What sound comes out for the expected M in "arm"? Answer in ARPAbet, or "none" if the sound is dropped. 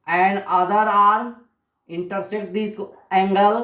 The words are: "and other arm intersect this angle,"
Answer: none